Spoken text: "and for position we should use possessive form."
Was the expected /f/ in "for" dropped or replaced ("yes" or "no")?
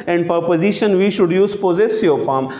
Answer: yes